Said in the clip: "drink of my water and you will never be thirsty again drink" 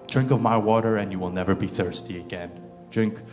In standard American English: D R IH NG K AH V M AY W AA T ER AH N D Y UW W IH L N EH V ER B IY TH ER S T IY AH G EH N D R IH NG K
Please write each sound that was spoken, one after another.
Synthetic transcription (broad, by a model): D R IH NG K AH V M AY W AA T ER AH N Y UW W IH L N EH V ER B IY TH ER S T IY AH G EH N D R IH NG K